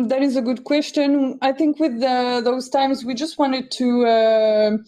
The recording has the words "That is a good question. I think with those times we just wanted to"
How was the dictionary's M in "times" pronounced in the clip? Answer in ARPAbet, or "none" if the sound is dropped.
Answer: M